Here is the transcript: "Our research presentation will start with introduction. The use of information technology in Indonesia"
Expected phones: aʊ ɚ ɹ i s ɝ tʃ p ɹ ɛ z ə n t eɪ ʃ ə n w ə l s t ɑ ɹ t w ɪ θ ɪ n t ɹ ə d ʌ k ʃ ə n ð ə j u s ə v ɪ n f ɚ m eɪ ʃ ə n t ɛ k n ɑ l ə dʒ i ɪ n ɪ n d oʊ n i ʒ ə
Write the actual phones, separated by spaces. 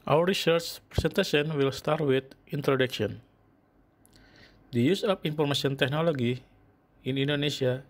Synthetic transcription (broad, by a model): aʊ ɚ ɹ i s ɝ tʃ p ɹ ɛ s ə n t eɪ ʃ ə n w ə l s t ɑ ɹ t w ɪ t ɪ n t ɹ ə d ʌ k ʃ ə n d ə j u s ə f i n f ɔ m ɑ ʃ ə n t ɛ k n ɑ l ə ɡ i ɪ n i n d oʊ n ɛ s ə